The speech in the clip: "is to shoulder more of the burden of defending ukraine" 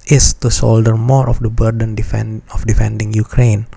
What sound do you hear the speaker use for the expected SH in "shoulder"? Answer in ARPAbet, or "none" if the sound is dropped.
S